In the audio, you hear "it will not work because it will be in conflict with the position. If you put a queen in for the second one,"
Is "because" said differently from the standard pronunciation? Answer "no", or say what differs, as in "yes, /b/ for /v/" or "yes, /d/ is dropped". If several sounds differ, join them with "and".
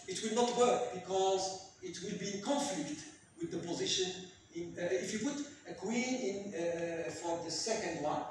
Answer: no